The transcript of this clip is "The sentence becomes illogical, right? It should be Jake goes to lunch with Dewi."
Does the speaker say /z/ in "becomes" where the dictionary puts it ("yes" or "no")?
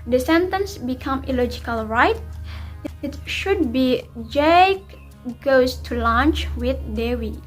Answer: no